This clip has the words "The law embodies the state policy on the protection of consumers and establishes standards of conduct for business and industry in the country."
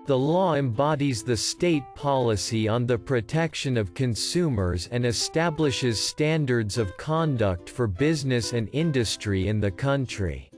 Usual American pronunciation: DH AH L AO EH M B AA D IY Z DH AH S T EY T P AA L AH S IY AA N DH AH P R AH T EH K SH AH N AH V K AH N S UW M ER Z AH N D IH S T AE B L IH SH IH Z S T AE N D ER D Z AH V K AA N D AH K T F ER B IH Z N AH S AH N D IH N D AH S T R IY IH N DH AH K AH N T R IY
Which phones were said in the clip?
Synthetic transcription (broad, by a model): DH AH L AO EH M B AA D IY Z DH AH S T EY T P AA L AH S IY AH N DH AH P R AH T EH K SH AH N AH V K AH N S UW M ER Z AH N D IH S T AE B L IH SH IH Z S T AE N D ER D Z AH V K AA N D AH K T F ER B IH Z N AH S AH N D IH N D AH S T R IY IH N DH AH K AH N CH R IY